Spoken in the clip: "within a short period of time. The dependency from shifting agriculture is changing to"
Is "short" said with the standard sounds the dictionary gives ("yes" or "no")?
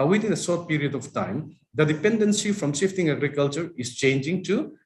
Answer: no